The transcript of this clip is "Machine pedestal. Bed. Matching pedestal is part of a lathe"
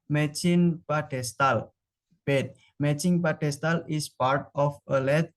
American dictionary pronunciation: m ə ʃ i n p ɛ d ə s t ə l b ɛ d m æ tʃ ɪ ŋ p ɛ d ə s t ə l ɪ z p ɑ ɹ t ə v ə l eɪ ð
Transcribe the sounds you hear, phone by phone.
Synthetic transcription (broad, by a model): m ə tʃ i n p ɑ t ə s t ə l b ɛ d m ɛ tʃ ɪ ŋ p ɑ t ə s t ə l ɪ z p ɑ ɹ t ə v ə l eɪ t